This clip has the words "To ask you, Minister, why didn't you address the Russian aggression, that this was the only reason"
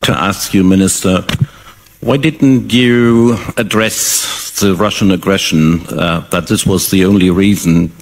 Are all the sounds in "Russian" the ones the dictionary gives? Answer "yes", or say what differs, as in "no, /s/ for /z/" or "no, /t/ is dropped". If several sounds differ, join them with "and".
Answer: yes